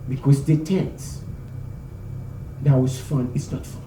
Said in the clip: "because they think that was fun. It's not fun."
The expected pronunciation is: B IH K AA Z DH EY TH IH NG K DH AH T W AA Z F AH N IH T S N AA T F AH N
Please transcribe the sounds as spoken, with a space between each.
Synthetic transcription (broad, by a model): B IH K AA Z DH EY T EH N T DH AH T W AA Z F AH N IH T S N AA T F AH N